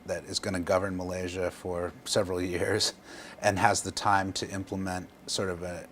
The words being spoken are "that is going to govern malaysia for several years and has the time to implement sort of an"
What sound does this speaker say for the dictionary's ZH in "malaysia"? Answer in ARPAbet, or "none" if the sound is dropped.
ZH